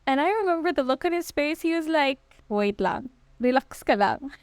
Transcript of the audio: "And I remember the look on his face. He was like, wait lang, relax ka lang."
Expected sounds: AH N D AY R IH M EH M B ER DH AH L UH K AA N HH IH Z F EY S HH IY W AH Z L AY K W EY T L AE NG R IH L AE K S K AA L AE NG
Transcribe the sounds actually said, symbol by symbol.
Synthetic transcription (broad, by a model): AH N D AY R IH M EH M B ER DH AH L UH K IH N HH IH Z P EY S HH IY W AH Z L AY K W EY T L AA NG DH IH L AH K S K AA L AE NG